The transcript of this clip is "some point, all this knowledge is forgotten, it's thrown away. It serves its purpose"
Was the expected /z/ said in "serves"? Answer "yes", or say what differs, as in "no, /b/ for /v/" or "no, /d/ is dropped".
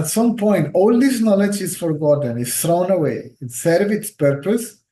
no, /z/ is dropped